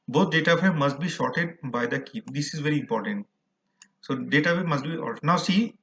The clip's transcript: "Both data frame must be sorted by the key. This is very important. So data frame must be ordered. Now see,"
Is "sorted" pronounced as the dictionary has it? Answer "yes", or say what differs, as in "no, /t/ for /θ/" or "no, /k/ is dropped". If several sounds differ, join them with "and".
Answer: no, /ʃ/ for /s/